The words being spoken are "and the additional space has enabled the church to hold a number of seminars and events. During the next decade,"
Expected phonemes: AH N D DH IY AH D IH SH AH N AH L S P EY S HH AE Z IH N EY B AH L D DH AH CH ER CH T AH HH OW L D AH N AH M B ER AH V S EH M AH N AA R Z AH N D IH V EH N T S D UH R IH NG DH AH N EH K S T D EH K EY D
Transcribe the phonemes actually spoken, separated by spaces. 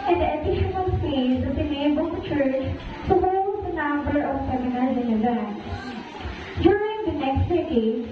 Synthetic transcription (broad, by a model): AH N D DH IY AH D IH SH AH N AH L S EY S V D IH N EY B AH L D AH CH ER CH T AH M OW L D AH N AH M B ER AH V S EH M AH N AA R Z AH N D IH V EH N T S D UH R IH NG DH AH N EH K S T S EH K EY